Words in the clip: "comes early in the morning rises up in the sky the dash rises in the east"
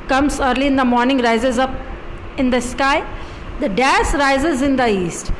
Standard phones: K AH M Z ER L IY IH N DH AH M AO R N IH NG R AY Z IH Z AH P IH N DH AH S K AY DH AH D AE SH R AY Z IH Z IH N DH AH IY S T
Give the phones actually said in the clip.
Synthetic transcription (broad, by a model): K AH M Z ER L IY IH N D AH M AO R N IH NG R AY Z IH Z AH P IH N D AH S K AY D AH D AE S R AY Z IH Z IH N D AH IY S T